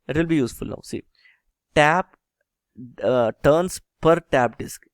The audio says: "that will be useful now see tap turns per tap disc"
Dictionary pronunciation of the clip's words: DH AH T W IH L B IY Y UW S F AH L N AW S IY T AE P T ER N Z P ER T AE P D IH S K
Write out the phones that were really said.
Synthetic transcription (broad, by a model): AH T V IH L B IY Y UW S F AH L N AW S IY T AE P T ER N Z P ER T AE P D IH S K